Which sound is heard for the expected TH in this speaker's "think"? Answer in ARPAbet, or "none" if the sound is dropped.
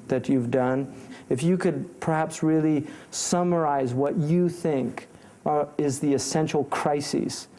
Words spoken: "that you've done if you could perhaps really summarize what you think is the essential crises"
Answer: TH